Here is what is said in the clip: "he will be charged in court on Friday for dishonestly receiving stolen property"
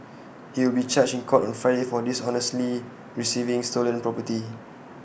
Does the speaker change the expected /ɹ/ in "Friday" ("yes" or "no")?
yes